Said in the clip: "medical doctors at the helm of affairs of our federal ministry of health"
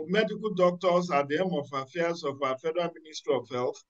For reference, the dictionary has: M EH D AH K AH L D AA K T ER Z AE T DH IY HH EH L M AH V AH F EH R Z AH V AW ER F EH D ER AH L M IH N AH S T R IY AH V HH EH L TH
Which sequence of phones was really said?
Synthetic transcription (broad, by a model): M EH D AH K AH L D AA K T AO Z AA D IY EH M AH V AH F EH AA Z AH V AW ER F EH D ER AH N M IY N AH S T R IY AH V HH EH L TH